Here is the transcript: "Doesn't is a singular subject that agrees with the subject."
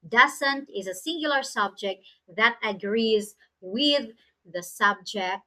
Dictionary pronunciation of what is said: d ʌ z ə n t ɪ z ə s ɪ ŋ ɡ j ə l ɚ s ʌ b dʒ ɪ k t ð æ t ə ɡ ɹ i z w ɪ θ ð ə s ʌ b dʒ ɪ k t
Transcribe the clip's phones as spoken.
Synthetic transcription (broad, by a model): d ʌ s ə n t ɪ z ə s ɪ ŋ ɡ j l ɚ s ʌ b dʒ ɪ k t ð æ t ə ɡ ɹ i z w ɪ ð ə s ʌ b dʒ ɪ k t